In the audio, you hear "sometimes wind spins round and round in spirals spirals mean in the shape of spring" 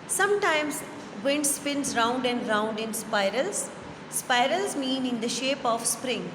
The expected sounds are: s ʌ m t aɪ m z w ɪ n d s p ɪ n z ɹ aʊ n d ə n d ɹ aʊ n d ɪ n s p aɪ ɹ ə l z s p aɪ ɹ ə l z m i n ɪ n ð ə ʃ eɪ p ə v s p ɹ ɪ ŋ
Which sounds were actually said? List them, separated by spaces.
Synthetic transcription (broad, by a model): s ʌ m t aɪ m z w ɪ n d s p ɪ n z ɹ aʊ n d ə n d ɹ aʊ n d ɪ n s p aɪ ɹ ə l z s p aɪ ɹ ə l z m i n ɪ n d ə ʃ eɪ p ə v s p ɹ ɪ ŋ